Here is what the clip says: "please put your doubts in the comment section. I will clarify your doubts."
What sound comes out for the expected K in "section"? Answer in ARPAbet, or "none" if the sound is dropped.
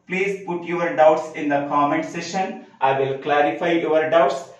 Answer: none